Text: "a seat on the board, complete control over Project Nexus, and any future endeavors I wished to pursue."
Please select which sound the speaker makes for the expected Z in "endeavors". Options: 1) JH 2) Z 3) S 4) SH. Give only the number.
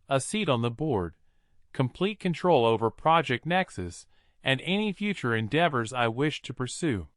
2